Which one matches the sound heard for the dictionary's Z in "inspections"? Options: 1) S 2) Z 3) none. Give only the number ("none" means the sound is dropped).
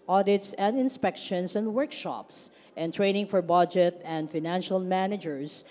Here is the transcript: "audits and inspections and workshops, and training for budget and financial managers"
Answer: 1